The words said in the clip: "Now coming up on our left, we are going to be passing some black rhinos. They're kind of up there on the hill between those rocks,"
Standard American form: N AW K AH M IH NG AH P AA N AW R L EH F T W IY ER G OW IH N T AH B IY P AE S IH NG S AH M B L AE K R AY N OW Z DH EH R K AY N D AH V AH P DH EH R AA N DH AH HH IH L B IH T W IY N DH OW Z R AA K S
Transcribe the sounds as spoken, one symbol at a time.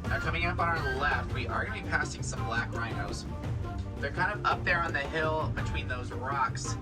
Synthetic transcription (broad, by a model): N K AH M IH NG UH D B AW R L EH F T W IY ER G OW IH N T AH B IY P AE S IH NG S AH M B L AE K R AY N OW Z DH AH R K AY N D AH V AH P DH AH R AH N DH AH HH IH L B IH T W IY N DH OW Z R AA K S